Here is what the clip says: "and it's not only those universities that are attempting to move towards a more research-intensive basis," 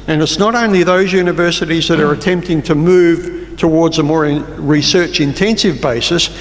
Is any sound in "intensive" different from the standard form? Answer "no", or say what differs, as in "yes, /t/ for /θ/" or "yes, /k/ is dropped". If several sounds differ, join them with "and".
no